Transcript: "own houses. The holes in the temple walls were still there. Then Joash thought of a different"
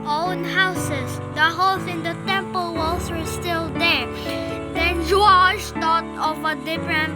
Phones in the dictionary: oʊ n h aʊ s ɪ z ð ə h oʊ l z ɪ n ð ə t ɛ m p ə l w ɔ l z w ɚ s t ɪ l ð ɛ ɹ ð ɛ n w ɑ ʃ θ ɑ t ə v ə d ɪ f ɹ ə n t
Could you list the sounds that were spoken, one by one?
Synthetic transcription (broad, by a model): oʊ n h aʊ s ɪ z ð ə h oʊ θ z ɪ n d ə t ɛ m p ə l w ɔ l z w ɚ s t ɪ l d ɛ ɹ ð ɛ n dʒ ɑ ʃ t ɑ t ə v ə d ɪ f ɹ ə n